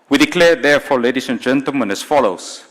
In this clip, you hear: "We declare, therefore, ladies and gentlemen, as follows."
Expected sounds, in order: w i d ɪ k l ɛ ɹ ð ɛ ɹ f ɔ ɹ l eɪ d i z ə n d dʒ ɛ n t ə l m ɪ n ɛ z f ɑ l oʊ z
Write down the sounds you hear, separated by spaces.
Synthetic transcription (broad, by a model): w i d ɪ k l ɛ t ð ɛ f ɔ l eɪ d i s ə n dʒ ɛ n t ə l m ɪ n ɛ s f ɑ l oʊ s